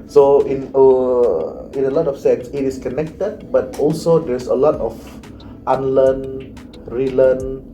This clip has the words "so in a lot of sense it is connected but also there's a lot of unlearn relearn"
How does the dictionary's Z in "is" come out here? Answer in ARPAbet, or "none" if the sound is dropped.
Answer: S